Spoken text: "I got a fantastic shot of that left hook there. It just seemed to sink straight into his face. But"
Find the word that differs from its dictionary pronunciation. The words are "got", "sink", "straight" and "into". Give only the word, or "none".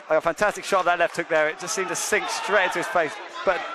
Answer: got